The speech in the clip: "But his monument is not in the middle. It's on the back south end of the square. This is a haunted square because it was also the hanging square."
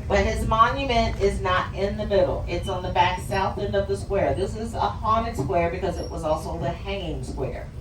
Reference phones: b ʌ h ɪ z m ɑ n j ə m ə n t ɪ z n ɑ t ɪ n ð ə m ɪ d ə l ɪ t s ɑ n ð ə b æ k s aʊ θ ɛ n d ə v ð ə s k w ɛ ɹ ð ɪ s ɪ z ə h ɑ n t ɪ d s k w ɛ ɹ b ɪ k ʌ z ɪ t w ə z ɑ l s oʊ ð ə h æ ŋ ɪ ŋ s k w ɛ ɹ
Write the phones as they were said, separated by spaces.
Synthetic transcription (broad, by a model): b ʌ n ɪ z m ɑ n j ə m ə n t ɪ z n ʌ t ɪ n ð ə m ɪ d l ɪ t s n ð ə b æ k s aʊ θ ɛ n d ə v ð ə s k w ɛ ɹ ð ɪ s ɪ z ə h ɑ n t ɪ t s k w ɛ ɹ b ɪ k ʌ z ɪ t w ə z ɑ l s oʊ ð ə h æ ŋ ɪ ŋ s k w ɛ ɹ